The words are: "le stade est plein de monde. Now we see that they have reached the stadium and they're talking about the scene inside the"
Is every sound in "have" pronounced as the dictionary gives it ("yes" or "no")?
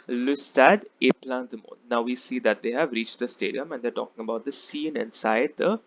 yes